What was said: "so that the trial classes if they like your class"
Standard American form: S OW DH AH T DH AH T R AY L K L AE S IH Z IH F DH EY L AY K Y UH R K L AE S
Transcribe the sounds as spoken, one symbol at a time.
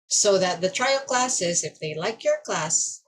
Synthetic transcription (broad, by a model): S OW DH AH T DH AH T R AY L K L AE S IH Z IH F DH EY L AY K Y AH R K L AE S